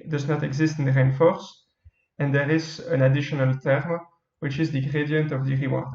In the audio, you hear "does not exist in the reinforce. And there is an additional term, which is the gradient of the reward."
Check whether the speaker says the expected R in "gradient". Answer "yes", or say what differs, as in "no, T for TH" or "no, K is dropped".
yes